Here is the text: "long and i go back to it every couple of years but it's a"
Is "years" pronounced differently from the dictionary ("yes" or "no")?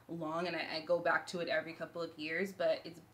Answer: no